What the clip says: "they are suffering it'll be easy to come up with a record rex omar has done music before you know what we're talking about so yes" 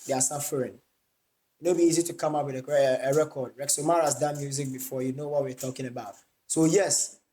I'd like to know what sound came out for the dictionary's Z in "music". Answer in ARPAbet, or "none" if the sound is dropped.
Z